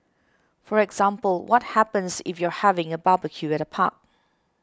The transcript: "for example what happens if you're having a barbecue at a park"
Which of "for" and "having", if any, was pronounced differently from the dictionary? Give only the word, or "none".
none